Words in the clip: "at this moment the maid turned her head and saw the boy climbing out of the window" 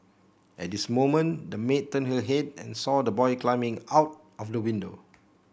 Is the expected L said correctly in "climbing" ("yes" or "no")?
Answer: yes